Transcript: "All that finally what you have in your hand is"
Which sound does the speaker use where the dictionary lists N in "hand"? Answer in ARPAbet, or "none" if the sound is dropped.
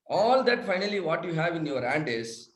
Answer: N